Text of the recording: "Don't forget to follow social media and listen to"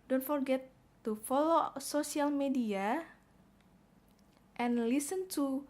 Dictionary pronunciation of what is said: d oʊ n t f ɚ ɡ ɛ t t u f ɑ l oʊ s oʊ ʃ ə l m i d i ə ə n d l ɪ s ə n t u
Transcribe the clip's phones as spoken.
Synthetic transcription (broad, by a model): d oʊ n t f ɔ ɡ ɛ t t u f ɑ l oʊ s oʊ s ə l m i d i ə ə n l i s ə n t u